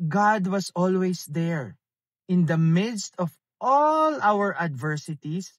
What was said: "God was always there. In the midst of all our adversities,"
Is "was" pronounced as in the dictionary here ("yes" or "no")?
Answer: no